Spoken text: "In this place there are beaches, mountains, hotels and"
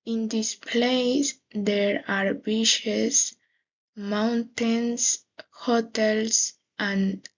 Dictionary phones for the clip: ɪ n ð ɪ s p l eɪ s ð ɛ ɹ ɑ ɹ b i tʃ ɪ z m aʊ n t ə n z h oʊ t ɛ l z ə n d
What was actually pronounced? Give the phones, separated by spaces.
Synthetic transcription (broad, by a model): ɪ n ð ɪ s p l eɪ s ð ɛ ɹ ɑ ɹ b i ʃ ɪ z m aʊ n t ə n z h oʊ t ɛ l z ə n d